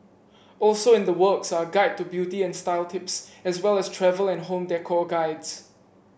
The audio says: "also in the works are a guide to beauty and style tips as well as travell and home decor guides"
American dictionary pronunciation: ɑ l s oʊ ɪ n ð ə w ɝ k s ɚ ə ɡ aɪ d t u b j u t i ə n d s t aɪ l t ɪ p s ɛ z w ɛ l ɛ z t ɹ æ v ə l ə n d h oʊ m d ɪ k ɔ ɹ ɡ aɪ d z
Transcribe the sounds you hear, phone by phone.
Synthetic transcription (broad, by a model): ɑ l s oʊ ɪ n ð ə w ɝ k s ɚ ə ɡ aɪ d t u b j u t i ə n s t aɪ l t ɪ p s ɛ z w ɛ l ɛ s t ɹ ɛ v ə l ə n h oʊ m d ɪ k ɔ ɡ aɪ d s